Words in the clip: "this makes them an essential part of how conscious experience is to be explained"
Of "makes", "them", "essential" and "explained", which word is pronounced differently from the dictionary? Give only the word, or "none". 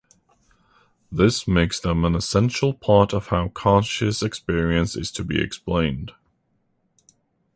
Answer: none